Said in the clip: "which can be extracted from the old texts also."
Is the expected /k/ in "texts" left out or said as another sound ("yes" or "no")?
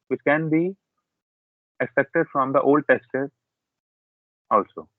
yes